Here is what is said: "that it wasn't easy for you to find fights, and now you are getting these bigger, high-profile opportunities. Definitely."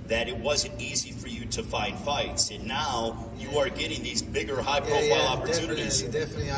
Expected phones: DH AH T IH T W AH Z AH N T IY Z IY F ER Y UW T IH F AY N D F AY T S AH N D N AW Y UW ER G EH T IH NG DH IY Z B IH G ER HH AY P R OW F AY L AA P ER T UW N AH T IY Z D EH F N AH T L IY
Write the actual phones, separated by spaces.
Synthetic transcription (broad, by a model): DH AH T IH T W AH Z AH N T IY Z IY F ER Y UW T IH F AY N D F AY T S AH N N AW Y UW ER G EH T IH NG DH IY Z B IH G ER HH AY P R OW F AY L AA P ER T UW N AH T IY Z